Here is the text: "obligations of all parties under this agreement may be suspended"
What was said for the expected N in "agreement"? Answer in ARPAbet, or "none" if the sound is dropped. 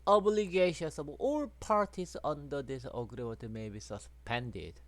none